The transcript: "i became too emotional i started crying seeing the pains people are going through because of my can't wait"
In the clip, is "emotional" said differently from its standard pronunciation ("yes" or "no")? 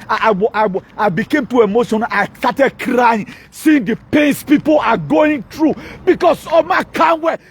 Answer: yes